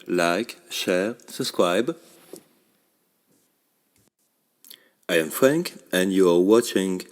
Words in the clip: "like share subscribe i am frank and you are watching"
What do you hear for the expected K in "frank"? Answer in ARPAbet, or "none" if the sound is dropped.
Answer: K